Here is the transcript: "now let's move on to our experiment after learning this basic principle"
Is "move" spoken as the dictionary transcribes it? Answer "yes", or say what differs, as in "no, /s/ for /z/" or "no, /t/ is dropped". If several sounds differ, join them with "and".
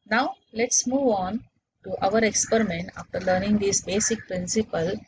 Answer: yes